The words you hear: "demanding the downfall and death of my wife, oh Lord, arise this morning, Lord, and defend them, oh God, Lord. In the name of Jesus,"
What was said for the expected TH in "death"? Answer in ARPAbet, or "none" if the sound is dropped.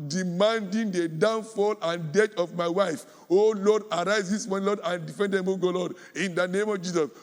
T